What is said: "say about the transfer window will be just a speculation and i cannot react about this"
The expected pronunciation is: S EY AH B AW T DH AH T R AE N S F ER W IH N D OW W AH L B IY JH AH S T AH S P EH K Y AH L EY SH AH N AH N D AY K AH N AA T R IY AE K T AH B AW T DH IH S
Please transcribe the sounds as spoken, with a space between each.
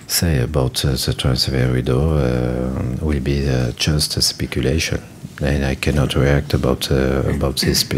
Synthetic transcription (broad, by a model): S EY AH B AW T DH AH T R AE N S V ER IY D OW W AH L B IY JH AH S T AH S P EH K Y AH L EY SH AH N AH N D AY K AH N AA T R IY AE K T AH B AW T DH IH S